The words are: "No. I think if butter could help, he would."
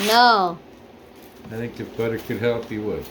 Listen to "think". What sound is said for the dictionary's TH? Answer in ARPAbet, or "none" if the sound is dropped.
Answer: TH